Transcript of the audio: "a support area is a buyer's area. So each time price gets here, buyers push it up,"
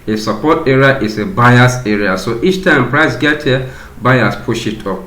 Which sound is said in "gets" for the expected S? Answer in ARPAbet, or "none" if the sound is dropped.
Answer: none